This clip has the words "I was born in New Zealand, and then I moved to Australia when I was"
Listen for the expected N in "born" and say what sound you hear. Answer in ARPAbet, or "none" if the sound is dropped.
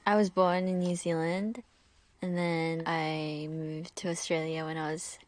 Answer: N